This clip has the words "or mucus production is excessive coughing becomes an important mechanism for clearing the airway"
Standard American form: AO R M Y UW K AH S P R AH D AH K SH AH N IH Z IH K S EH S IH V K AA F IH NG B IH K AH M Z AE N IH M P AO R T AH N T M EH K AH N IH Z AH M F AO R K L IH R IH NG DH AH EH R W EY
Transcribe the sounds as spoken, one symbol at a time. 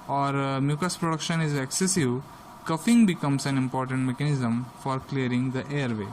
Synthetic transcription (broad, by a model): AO R M Y UW K AH S P R AH D AH K SH AH N IH Z IH K S EH S IH V K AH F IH NG B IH K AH M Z AE N IH M P AO R T AH N T M EH K AH N IH Z AH M F AO R K L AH R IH NG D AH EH R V EY